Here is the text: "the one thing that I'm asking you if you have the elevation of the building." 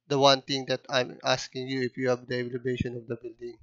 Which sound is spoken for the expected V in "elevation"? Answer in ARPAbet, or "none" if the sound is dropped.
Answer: B